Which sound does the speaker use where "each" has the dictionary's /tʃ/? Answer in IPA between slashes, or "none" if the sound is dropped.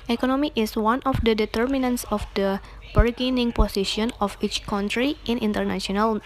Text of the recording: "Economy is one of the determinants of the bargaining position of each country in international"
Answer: /tʃ/